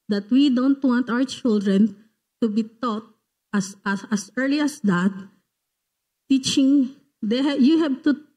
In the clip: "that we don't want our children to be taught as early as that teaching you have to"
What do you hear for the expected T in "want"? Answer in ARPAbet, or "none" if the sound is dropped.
T